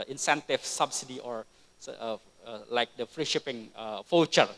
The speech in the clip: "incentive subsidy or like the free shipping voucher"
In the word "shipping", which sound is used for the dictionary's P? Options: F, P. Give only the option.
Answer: P